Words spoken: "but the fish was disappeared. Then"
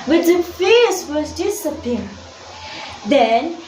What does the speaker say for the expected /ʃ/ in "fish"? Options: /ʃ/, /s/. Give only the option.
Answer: /s/